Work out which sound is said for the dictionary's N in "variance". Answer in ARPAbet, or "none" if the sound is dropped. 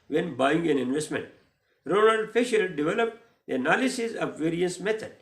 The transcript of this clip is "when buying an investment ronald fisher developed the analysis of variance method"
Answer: none